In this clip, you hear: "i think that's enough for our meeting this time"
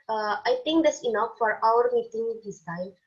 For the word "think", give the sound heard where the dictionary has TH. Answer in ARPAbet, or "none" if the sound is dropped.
T